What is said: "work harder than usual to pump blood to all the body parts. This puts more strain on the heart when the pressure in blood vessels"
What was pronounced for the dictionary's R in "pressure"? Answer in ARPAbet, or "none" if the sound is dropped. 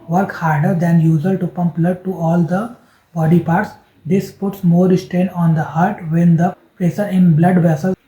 none